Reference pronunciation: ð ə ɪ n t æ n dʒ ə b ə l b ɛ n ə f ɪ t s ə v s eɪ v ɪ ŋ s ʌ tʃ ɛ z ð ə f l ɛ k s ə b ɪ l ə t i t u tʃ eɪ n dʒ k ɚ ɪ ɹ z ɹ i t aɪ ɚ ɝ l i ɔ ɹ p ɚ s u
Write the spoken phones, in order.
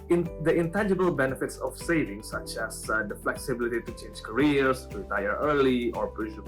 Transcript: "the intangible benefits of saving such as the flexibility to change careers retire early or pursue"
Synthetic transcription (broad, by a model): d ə ɪ n t æ n dʒ ə b ə l b ɛ n ə f ɪ t s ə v s eɪ v ɪ ŋ s ʌ tʃ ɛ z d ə f l ɛ k s ə b ɪ l ə t i t u tʃ eɪ n dʒ k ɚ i ɹ s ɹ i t aɪ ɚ ɝ l i ɔ ɹ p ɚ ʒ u